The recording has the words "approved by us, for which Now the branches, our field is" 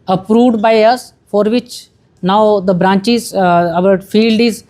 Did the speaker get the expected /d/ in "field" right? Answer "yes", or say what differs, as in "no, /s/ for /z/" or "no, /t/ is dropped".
yes